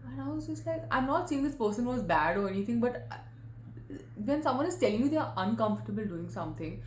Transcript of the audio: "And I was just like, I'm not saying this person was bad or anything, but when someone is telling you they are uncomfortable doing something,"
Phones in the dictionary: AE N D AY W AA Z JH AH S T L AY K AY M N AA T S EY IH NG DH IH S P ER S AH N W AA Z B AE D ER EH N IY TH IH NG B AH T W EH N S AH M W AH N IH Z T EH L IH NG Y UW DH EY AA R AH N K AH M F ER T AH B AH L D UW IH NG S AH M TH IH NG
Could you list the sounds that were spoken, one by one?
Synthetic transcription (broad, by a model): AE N AY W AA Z JH AH S T L AY K AY M N AA T S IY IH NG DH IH S P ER S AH N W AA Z B AE D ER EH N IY T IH NG B AH T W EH N S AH M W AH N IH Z T EH L IH NG Y UW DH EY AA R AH N K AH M F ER T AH B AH L D UW IH NG S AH M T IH NG